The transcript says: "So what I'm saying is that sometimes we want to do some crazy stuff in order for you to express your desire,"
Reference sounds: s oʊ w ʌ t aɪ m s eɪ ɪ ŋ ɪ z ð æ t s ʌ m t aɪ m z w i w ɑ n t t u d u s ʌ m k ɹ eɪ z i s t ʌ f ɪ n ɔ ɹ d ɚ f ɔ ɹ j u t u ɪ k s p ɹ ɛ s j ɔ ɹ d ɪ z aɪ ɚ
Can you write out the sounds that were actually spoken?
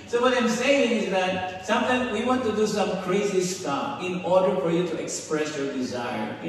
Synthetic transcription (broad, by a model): s oʊ w ʌ t aɪ m s eɪ ɪ ŋ ɪ z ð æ t s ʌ m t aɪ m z w i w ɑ n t t u d u s ʌ m k ɹ eɪ z i s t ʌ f ɪ n ɔ ɹ d ɚ f ɔ ɹ j u t u ɪ k s p ɹ ɛ s j ɔ ɹ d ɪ z aɪ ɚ